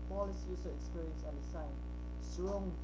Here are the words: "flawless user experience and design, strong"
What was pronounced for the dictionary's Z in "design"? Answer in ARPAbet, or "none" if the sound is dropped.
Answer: S